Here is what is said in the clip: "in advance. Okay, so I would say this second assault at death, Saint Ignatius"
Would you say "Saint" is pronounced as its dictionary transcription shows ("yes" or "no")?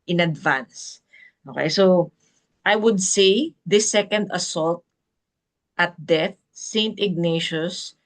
yes